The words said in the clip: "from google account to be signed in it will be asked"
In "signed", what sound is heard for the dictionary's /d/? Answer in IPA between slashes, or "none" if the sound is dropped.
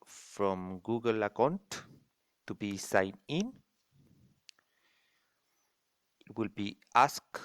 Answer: none